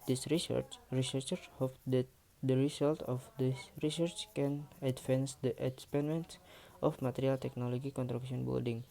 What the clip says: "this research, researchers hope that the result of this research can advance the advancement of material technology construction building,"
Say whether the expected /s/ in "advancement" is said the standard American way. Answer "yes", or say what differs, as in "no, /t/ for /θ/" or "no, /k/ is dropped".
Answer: no, /s/ is dropped